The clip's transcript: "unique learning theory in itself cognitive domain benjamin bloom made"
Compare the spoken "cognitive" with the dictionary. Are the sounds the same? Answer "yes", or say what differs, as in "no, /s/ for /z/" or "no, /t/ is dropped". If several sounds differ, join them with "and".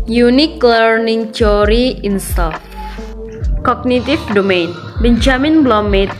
no, /f/ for /v/